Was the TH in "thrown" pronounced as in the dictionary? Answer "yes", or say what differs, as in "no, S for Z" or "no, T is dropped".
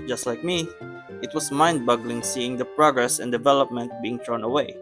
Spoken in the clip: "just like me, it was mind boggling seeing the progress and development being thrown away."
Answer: no, T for TH